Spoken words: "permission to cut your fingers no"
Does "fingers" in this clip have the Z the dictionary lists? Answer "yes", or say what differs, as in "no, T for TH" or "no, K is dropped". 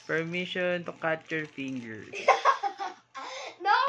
no, Z is dropped